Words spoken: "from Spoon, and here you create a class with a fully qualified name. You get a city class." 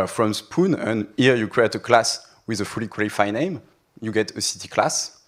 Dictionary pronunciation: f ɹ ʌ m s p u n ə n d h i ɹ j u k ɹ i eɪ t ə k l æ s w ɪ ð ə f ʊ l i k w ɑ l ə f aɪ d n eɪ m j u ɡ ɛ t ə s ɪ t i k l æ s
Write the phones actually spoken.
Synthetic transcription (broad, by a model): f ɹ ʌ m s p u n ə n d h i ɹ j u k ɹ i eɪ t ə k l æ s w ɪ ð ə f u l i k w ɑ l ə f aɪ n eɪ m j u ɡ ɛ t ə s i t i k l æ s